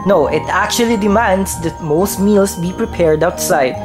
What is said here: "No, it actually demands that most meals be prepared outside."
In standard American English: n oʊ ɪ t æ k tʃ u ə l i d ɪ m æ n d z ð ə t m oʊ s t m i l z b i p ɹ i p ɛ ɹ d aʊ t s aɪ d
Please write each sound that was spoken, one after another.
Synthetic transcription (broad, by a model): n oʊ ɪ t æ k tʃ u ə l i d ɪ m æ n d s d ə t m oʊ s t m i l s b i p ɹ i p ɛ ɹ d aʊ t s aɪ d